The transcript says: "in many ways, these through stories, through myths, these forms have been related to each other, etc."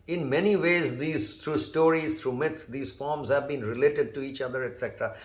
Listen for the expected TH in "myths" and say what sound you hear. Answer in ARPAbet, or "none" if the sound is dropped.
T